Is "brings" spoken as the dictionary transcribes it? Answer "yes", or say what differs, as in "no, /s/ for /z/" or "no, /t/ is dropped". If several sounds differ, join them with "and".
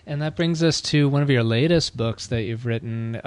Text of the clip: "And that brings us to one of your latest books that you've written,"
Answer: yes